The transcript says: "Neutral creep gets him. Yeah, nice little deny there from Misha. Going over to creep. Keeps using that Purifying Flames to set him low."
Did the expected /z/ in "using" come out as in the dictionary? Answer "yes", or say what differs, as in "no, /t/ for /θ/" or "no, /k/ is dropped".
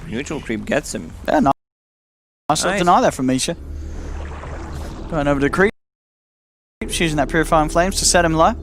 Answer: yes